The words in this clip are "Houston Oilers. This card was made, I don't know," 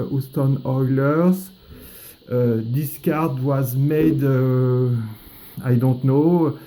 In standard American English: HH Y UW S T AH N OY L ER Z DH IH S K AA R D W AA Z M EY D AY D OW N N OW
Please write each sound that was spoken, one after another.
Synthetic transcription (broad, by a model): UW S T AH N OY L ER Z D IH S K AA R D W AA Z M EY D AY D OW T N OW